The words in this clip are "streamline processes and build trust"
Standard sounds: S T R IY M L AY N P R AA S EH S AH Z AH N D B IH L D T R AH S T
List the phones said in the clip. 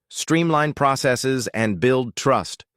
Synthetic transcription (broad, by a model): S T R IY M L AY N P R AA S EH S AH Z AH N B IH L D T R AH S T